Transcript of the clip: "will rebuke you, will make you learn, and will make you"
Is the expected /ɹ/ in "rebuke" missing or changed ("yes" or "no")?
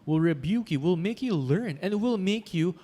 no